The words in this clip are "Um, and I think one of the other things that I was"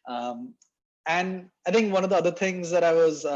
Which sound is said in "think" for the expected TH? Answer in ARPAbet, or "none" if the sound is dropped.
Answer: T